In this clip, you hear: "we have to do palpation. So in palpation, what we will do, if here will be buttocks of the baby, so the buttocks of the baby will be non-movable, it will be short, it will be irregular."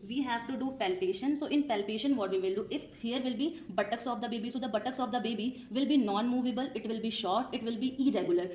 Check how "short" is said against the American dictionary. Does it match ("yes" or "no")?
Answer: yes